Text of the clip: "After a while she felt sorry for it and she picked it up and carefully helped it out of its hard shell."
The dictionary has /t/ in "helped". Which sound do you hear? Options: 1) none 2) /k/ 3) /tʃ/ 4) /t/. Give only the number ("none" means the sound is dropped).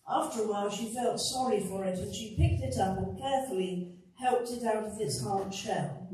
4